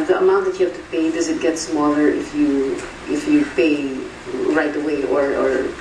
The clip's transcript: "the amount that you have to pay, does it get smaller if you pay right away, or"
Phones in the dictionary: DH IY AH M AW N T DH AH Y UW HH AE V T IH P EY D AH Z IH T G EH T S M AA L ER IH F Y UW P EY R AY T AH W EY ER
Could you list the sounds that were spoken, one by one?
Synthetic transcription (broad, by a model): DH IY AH M AW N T DH AH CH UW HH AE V T IH P EY D AH Z IH T G EH T S M AA L ER IH F Y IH P EY R AY T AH W EY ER